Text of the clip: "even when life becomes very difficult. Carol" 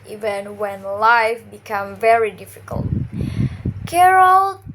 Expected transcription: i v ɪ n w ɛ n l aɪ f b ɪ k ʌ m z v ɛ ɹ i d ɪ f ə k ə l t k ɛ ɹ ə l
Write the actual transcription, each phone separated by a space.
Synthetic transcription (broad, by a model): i v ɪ n w ɛ n l aɪ f b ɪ k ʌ m v ɛ ɹ i d ɪ f ə k ə l t k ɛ ɹ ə l